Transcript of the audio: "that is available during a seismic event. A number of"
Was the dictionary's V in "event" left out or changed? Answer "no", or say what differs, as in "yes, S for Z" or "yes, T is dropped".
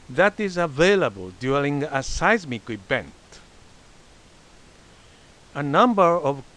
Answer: yes, B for V